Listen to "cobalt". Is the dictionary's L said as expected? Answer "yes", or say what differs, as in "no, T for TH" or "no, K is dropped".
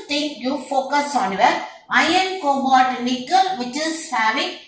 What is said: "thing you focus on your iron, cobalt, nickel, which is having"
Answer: no, L is dropped